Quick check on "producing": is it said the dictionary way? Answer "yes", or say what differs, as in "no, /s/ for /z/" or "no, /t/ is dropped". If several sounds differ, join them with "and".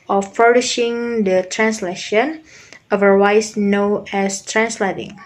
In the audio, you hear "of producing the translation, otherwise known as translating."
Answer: no, /ʃ/ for /s/